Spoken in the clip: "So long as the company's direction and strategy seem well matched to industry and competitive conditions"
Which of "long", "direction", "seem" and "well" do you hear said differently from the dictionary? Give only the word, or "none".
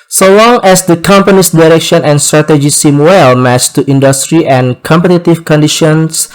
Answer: none